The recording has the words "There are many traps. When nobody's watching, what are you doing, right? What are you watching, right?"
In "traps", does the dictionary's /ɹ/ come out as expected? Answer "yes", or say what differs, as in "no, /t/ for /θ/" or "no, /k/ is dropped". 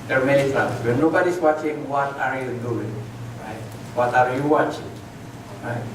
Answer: no, /ɹ/ is dropped